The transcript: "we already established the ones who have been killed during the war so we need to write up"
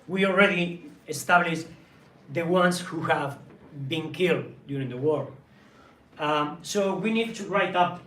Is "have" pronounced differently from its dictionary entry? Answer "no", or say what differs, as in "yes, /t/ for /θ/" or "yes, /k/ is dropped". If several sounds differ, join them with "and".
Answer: no